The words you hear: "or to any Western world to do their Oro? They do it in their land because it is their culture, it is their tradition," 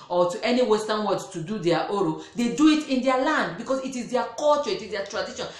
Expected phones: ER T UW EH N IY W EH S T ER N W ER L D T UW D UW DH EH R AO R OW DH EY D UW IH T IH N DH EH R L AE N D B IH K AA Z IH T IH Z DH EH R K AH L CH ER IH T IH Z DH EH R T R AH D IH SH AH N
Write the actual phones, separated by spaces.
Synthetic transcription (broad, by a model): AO T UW EH N IY W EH S T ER N W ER D T UW D UW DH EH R AO R OW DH EY D UW IH T IH N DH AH L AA N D B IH K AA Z IH T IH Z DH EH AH K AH L CH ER IH T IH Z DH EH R T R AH D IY SH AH N